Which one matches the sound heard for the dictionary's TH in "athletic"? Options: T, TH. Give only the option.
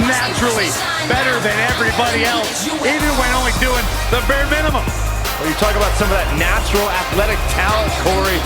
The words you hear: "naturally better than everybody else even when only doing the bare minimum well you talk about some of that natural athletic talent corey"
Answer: TH